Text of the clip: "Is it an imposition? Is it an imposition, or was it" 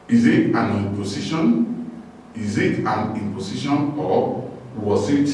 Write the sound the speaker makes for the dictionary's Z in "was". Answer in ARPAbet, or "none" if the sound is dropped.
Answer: S